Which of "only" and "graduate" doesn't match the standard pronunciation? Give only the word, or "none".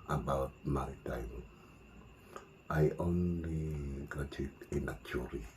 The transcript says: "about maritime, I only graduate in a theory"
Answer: graduate